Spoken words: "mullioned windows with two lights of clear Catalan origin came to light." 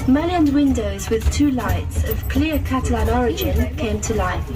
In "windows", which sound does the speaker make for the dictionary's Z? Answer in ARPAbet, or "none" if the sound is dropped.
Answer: Z